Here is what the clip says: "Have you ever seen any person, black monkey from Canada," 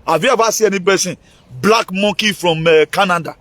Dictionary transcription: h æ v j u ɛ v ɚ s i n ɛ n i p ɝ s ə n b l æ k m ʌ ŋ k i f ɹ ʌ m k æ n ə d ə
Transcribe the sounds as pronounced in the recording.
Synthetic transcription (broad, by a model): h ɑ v j u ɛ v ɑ s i ɛ n i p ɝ s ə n b l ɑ k m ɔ k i f ɹ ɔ m k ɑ n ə d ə